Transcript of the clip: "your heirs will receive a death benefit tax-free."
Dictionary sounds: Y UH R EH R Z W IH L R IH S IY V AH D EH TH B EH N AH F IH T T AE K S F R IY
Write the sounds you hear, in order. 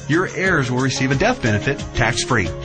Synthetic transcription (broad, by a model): Y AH R EH R Z W IH L R IH S IY V AH D EH TH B EH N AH F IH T T AE K S F R IY